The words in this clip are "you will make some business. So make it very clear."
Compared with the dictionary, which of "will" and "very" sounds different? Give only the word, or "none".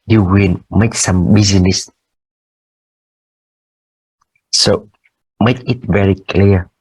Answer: will